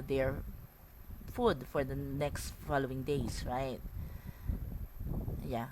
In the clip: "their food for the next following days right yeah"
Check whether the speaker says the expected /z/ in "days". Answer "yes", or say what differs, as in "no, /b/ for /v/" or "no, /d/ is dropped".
no, /s/ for /z/